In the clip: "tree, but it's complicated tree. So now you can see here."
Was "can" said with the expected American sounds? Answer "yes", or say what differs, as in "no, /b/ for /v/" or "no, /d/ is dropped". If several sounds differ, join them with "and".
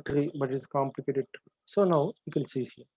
no, /l/ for /n/